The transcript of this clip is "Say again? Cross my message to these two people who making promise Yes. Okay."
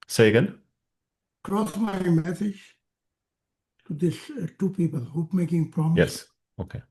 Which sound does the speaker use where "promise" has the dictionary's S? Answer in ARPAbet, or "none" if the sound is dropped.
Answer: none